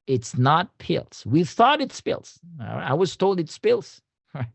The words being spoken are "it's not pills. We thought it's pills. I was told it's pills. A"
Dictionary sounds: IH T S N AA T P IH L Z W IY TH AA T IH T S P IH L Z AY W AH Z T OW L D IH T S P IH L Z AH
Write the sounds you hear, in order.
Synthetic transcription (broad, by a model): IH T S N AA T P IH L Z W IY TH AA T IH T S P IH L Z AY W AH Z T OW L D IH T S P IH L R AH